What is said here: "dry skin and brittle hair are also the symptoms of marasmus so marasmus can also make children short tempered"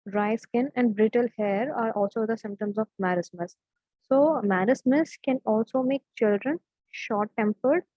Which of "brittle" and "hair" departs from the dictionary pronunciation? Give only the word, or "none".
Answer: none